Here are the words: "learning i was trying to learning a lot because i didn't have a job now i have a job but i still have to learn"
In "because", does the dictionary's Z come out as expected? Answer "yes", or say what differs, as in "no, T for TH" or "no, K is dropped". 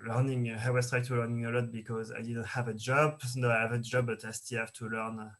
yes